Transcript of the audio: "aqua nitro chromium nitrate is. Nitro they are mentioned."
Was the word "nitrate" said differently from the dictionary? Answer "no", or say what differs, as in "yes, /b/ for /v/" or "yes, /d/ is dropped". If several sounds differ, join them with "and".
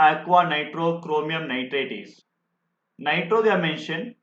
no